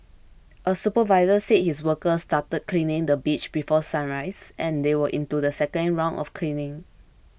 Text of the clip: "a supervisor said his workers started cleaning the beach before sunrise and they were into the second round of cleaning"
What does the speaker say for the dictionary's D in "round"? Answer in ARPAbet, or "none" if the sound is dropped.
none